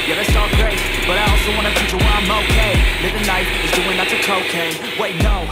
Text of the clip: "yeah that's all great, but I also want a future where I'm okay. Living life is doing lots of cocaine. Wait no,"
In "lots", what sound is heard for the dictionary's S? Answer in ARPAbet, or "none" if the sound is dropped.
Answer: none